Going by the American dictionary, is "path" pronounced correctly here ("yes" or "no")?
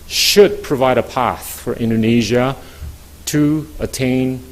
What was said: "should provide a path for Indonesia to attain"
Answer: yes